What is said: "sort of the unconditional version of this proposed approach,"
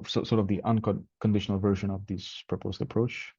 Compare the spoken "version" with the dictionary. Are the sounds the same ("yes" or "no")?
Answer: yes